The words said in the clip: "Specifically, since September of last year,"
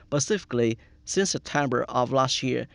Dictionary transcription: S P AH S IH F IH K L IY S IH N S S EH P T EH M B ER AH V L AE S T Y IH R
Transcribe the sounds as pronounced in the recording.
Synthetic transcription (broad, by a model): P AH S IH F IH K L IY S IH N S S EH P T EH M B ER AH V L AE S T Y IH R